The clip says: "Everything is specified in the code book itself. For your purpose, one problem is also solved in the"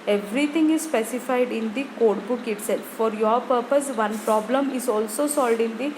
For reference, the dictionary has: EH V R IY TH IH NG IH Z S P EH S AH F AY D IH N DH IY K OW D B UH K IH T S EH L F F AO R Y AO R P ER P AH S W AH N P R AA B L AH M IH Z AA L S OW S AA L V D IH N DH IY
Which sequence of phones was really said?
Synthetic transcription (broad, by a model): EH V R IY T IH NG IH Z S P EH S AH F AY D IH N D IY K OW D B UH K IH T S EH L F F AO R Y AO R P ER P AH S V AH N P R AA B L AH M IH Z AA L S OW S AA L D IH N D IY